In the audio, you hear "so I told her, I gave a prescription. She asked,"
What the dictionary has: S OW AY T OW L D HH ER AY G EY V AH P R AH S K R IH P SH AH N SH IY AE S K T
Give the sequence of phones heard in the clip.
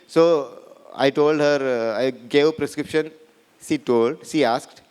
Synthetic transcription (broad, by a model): S OW AY T OW L D HH ER AY G EY AH P R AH S K R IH P SH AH N SH IY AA S K T